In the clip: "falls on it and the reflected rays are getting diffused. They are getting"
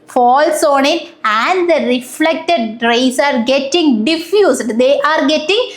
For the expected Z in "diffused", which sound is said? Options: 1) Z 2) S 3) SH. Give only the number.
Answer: 2